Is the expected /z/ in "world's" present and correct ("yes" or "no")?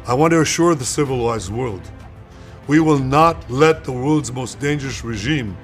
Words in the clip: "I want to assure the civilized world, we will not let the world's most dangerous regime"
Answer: yes